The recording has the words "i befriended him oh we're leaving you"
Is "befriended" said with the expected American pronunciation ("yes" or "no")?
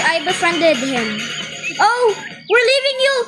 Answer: yes